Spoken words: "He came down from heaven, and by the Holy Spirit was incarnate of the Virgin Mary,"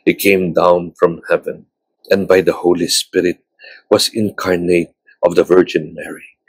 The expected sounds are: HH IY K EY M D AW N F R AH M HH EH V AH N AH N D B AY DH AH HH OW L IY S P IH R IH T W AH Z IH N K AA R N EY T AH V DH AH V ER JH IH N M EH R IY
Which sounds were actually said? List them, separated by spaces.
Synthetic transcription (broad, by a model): HH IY K EY M D AW N F R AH M HH EH V AH N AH N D B AY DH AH HH OW L IY S P IH R IH T W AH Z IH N K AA R N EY T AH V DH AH V ER JH IH N M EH R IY